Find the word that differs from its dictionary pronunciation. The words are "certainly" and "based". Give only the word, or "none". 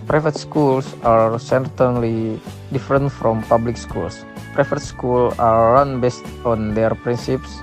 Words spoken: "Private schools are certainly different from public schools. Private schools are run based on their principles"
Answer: none